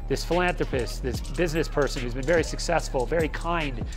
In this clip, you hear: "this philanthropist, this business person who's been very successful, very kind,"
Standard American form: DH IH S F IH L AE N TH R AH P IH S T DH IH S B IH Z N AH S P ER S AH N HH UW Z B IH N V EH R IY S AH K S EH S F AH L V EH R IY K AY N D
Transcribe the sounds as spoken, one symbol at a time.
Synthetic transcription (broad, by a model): DH IH S F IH L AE N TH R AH P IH S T DH IH S B IH Z N AH S P ER S AH N HH UW Z B IH N V EH R IY S AH K S EH S F AH L V EH R IY K AY N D